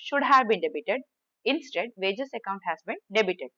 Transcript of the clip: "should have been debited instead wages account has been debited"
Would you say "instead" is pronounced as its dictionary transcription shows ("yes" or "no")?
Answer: yes